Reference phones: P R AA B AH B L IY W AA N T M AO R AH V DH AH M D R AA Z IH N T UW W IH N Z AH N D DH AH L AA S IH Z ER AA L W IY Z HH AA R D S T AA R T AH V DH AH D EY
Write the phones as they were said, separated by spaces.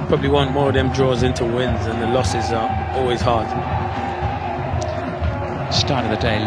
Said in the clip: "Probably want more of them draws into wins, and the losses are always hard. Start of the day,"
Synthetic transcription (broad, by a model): P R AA B AH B L IY W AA N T M AO R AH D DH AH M D R AA Z IH N T UW W IH N Z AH N DH AH L AA S IH Z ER AA L W IY Z HH AA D S T AA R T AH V DH AH D EY